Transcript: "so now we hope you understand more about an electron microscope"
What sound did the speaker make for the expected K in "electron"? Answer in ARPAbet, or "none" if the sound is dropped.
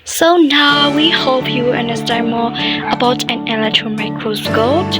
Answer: K